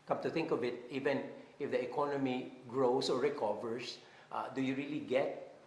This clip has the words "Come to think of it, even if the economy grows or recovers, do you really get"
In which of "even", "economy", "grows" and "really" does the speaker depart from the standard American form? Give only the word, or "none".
grows